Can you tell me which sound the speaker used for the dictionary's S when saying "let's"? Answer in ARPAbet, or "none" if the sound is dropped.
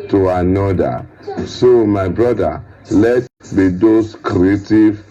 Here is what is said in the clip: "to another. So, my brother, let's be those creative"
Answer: none